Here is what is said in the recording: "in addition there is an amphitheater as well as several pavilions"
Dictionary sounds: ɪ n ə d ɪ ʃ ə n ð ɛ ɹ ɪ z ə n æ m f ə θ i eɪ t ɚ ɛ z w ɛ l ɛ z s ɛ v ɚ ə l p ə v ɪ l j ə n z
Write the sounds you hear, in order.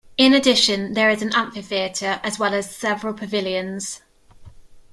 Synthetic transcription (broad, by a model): ɪ n ə d ɪ ʃ ə n ð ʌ ɹ ɪ z ə n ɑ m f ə θ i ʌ t ɚ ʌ z w ɛ l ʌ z s ɛ v ɚ ə l p ə v ɪ l j ə n z